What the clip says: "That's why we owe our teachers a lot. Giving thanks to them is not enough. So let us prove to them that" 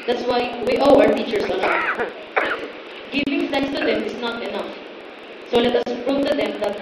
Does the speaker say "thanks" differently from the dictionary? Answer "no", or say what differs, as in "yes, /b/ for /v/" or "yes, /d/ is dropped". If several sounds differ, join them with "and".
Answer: yes, /f/ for /θ/ and /ŋ/ is dropped